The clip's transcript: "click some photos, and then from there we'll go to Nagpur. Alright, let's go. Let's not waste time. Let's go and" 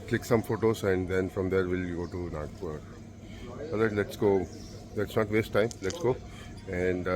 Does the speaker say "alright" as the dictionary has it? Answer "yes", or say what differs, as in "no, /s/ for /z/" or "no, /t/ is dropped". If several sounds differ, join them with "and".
no, /ɹ/ is dropped